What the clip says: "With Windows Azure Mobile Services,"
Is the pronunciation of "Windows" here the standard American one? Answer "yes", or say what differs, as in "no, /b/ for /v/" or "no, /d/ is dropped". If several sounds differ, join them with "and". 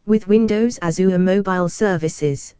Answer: yes